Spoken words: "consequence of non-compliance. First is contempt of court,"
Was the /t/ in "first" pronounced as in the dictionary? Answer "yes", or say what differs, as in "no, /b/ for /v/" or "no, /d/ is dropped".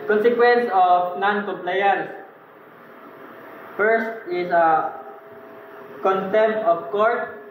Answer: yes